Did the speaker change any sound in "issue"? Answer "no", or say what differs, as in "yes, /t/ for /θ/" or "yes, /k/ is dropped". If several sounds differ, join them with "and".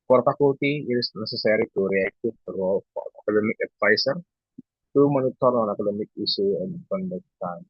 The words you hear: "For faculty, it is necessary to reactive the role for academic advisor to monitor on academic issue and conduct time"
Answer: yes, /s/ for /ʃ/